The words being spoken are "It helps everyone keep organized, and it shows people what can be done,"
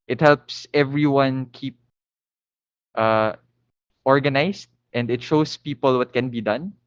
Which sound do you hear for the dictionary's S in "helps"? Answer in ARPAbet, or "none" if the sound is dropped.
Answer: S